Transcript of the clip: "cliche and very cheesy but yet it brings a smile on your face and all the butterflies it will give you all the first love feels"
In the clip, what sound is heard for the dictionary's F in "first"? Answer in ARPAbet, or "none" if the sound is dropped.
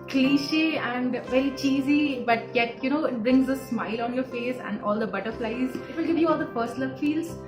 P